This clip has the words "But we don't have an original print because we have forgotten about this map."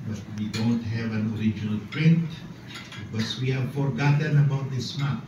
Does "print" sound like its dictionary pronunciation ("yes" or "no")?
yes